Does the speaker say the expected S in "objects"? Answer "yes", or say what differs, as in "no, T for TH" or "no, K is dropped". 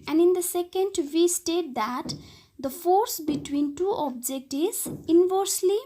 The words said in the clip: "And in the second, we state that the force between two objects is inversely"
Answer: no, S is dropped